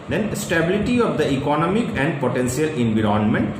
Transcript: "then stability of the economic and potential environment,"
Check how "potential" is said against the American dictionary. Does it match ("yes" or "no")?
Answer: no